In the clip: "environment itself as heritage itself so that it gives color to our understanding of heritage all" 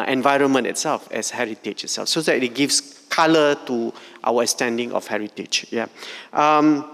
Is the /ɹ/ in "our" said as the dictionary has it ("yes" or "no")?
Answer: no